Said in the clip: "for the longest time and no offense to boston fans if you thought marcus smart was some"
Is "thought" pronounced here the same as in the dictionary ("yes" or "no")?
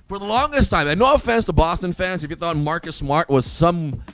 no